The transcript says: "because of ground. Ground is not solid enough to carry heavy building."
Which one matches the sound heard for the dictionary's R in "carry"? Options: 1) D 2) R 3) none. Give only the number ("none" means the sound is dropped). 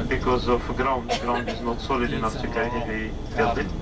3